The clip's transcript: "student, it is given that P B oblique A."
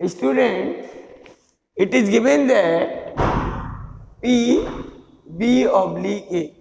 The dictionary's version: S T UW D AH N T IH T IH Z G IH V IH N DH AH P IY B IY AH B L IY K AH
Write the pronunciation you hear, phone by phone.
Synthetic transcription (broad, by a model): S T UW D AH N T IH T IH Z G IH V IH N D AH P IY B IY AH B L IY AH